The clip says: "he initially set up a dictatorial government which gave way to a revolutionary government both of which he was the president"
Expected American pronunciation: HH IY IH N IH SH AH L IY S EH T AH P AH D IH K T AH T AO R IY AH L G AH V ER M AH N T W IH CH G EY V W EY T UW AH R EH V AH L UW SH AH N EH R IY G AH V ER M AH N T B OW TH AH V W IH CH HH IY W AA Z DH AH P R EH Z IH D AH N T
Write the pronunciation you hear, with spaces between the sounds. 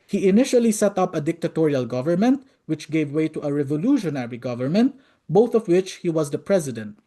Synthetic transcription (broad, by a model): HH IY IH N IH SH AH L IY S EH T AH P AH D IH K T AH T AO R IY AH L G AH V ER M AH N T W IH CH G EY V W EY T UW AH R EH V AH L UW SH AH N EH R IY G AH V ER M AH N T B OW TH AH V W IH CH HH IY W AA Z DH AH P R EH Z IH D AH N T